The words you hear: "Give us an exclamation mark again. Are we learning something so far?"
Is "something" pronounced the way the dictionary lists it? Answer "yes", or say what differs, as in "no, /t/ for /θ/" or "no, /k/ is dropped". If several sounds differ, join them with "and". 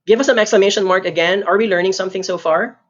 yes